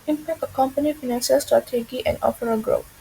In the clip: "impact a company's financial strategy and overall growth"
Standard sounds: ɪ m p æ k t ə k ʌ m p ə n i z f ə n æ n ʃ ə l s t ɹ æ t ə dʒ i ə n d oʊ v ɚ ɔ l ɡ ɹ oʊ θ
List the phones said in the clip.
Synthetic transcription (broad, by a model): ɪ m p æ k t ə k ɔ m p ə n i f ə n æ n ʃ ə l s t ɹ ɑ t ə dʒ i ə n d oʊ p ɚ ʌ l ɡ ɹ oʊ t